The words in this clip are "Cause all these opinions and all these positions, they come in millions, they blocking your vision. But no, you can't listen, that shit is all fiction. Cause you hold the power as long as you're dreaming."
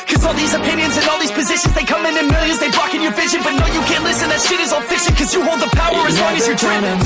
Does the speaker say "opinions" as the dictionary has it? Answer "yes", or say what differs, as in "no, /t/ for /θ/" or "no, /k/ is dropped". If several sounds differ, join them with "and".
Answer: yes